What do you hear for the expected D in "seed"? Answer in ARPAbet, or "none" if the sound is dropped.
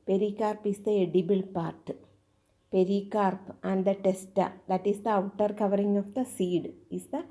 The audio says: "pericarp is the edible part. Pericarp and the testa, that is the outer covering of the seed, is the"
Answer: D